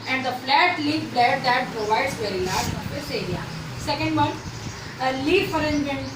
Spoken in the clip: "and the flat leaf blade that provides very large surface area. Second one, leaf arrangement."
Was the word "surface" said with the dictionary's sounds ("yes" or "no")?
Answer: no